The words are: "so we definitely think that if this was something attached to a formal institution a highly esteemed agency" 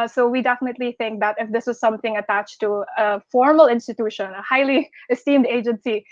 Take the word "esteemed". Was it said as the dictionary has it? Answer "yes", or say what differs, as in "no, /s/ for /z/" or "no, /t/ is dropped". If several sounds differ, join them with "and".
yes